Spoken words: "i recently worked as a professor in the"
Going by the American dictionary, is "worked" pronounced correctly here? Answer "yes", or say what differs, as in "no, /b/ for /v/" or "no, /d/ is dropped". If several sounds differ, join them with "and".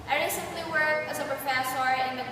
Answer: no, /t/ is dropped